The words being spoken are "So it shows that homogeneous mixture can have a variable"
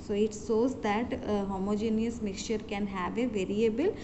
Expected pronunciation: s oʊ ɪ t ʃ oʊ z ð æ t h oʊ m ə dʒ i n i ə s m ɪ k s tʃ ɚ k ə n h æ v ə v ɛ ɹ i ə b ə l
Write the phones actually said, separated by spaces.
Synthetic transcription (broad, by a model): s oʊ ɪ t s oʊ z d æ t h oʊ m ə dʒ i n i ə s m ɪ k s tʃ ɚ k ə n h æ v ə v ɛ ɹ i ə b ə l